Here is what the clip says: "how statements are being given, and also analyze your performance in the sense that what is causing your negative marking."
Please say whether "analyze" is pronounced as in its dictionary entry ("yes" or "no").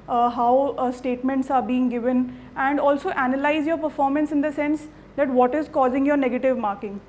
yes